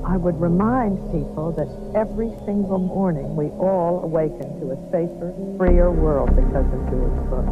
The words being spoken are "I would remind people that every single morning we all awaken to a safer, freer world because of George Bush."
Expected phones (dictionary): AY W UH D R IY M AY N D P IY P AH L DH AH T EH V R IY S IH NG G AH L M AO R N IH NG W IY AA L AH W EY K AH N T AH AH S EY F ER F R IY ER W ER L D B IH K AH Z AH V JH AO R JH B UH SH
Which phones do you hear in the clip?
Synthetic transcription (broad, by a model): AY W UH D R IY M AY N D P IY P L DH AH T EH V R IY S IH NG G L M AO R N IH NG W IY AA L AH W EY K AH N T AH AH S EY F ER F R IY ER W ER L D B IH K AH Z AH V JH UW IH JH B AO